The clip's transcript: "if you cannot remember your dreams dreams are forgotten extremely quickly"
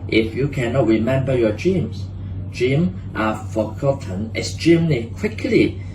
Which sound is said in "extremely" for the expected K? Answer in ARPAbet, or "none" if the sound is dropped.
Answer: none